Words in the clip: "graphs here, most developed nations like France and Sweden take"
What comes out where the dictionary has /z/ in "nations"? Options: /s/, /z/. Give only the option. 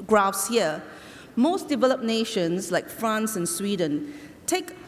/s/